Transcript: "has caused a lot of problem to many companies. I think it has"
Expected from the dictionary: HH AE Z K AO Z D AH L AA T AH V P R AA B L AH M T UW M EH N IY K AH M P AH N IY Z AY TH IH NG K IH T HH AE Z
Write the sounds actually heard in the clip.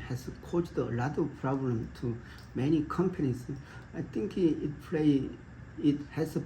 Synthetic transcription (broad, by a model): HH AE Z K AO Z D AH L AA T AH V P R AA B L AH M T UW M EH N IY K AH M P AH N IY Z AY T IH NG K IH T HH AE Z